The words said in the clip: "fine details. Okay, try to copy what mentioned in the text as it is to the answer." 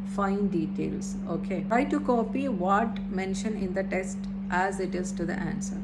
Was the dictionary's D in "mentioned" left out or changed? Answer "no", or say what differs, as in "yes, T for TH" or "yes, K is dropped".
yes, D is dropped